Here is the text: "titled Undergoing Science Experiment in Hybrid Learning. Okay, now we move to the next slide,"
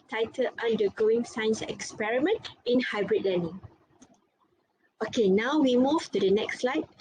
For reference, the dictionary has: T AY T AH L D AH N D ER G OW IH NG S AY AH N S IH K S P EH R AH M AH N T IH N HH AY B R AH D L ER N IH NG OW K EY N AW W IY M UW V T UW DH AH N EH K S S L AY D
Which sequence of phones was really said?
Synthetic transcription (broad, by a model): T AY T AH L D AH N D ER G OW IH NG S AY N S IH K S P EH R AH M AH N T IH N HH AY B R AH D L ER N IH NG OW K EY N AW W IY M UW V T UW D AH N EH K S S L AY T